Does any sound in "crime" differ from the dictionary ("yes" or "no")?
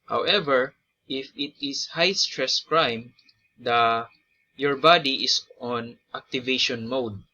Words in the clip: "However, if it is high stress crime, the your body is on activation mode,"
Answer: no